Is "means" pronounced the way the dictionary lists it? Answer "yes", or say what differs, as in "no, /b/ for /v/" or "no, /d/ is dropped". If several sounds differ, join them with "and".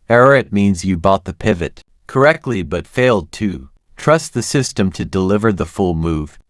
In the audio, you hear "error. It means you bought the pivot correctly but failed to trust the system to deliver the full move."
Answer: yes